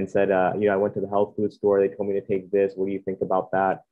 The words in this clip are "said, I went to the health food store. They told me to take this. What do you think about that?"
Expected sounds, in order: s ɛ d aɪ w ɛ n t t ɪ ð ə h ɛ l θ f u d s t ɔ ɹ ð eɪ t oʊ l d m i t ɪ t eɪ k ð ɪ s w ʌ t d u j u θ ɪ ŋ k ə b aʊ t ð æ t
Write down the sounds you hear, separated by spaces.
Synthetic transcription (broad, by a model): s ɛ d aɪ w ɛ n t t ɪ ð ə h ɛ l θ f u d s t ɔ ɹ ð eɪ t oʊ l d m i t ɪ t eɪ k ð ɪ s w ʌ t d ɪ j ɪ θ ɪ ŋ k ə b aʊ t ð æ t